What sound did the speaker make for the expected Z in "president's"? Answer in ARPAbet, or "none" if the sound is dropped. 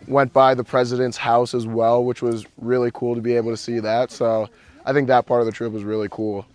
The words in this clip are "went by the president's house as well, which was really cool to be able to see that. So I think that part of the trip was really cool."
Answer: Z